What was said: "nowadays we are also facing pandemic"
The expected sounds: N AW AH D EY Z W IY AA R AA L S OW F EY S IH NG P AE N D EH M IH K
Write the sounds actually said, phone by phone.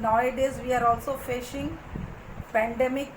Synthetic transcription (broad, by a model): N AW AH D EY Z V IY AA R AA L S OW F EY SH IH NG P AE N D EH M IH K